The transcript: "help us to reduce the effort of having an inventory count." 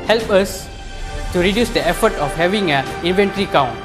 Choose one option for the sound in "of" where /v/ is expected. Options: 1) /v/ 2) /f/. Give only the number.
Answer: 2